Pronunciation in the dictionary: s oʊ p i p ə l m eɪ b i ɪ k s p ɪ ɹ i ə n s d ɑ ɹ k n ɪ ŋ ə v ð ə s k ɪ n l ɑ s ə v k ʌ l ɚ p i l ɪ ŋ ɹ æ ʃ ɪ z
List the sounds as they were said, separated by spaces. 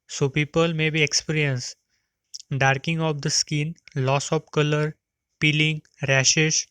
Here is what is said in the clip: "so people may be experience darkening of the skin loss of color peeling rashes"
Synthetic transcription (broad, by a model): s oʊ p i p ə l m eɪ b i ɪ k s p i ɹ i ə n s d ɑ ɹ k ɪ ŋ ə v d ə s k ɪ n l ɑ s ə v k ʌ l ɚ p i l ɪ ŋ ɹ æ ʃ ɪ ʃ